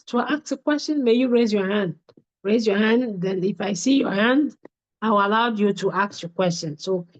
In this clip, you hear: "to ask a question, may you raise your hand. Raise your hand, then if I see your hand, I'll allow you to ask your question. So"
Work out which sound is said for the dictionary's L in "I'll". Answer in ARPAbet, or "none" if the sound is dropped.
W